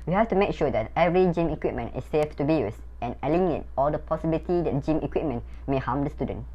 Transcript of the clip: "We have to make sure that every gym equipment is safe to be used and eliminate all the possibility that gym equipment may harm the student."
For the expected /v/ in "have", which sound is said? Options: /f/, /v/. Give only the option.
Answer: /f/